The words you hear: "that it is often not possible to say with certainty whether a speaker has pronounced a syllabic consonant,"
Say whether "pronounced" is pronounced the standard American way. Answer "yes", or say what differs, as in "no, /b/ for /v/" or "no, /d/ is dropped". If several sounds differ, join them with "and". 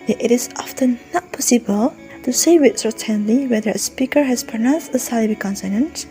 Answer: no, /ɹ/ is dropped